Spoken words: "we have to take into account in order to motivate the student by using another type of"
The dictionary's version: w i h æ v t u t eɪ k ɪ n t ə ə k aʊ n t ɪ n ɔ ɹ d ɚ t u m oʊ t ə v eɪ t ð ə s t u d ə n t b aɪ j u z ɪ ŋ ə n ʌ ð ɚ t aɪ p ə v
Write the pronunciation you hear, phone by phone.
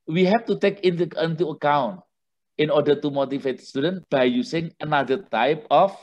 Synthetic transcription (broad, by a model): w i h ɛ f t u t eɪ k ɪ n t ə ə k aʊ n t ɪ n ɔ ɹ d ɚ t u m oʊ t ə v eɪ t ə s t u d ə n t b aɪ j u s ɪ ŋ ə n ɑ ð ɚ t aɪ p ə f